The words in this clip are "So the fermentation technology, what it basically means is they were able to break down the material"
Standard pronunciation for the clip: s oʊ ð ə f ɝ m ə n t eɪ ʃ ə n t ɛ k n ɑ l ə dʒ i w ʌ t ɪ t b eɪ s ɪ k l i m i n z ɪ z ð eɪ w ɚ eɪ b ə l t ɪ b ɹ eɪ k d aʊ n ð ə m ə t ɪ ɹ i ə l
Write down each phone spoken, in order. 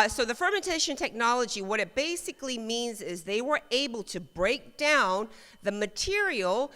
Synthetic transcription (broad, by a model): s oʊ ð ə f ɝ m ə n t eɪ ʃ ə n t ɛ k n ɑ l ə dʒ i w ʌ t ɪ t b eɪ s ɪ k l i m i n z ɪ z ð eɪ w ɚ eɪ b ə l t ɪ b ɹ eɪ k d aʊ n ð ə m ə t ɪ ɹ i l